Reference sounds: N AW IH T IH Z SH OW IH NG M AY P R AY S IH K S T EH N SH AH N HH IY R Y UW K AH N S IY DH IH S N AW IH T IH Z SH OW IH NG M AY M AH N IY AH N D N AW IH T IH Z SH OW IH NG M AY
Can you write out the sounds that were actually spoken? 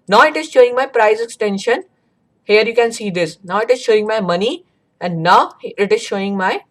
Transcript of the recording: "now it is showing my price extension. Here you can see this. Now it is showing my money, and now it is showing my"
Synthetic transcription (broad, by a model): N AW IH T IH Z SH OW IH NG M AY P R AY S IH K S T EH N SH AH N HH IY R Y UW K AH N S IY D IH S N AW IH T IH Z SH OW IH NG M AY M AH N IY AH N D N AW IH T IH Z SH OW IH NG M AY